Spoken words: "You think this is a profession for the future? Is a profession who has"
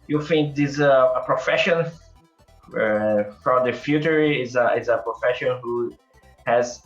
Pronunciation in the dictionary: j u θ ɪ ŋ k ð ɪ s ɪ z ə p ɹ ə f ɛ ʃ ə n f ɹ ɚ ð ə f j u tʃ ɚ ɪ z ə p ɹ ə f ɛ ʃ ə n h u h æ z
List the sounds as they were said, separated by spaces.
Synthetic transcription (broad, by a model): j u f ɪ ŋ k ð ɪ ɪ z ə p ɹ ə f ɛ ʃ ə n f ɹ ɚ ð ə f j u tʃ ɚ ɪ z ə p ɹ ə f ɛ ʃ ə n h u h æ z